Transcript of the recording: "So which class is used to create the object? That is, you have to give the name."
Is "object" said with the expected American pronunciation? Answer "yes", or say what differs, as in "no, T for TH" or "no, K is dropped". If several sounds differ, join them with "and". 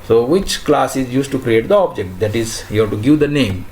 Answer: yes